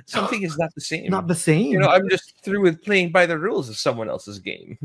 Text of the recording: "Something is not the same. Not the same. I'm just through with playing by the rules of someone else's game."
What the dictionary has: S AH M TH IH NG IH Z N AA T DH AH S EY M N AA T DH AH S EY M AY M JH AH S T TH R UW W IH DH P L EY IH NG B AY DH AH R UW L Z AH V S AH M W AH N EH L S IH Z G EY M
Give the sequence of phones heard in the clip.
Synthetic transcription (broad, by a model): S AH M TH IH NG IH Z N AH T DH AH S EY M N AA T DH AH S EY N AY M JH AH S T TH R UW W IH DH P L EY IH NG B AY DH AH R UW L Z AH V S AH M W AH N EH L S IH Z G EY M